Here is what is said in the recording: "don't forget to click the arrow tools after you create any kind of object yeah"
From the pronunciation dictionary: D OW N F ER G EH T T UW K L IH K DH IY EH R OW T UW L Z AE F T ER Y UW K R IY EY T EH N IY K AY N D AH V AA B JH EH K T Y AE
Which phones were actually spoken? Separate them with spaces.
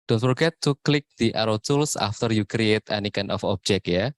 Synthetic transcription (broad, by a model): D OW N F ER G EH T T UW K L IH K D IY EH R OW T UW L S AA F T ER Y UW K R IY EY T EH N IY K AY N AH F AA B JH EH K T Y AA